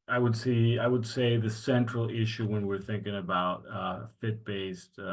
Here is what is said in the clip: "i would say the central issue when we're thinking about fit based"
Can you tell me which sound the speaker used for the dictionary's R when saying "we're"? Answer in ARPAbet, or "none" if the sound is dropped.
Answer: R